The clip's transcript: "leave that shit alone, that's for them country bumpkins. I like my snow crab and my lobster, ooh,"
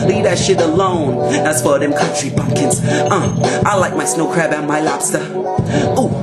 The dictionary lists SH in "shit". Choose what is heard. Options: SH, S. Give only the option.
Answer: SH